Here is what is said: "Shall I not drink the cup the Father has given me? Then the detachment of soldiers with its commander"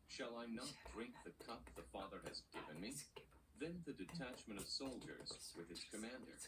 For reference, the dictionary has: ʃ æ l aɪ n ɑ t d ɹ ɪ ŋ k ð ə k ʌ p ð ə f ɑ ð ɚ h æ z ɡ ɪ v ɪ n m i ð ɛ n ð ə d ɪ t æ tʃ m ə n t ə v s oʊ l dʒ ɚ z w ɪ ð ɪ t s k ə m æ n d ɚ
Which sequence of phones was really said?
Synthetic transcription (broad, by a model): ʃ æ l aɪ n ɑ t d ɹ ɪ ŋ k ð ə k ʌ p ð ə f ɑ ð ɚ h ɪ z ɡ ɪ v ɪ n m i ð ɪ n ð ə d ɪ t æ tʃ m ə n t ə v s oʊ l dʒ ɚ z w ɪ ð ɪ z k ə m æ n d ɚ